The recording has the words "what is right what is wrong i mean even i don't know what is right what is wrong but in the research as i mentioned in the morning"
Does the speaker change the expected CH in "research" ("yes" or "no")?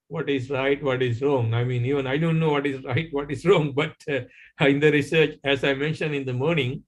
no